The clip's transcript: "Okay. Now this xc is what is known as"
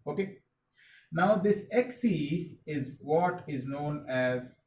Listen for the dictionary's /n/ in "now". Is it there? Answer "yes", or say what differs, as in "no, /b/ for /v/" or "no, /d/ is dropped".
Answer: yes